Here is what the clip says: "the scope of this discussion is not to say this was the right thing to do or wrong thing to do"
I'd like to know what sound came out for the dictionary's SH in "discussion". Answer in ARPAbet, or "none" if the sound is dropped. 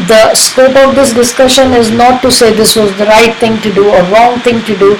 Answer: SH